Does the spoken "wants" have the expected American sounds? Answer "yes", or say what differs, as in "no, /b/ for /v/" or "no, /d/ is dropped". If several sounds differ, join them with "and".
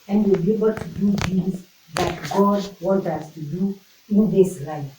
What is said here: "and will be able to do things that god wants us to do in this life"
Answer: no, /s/ is dropped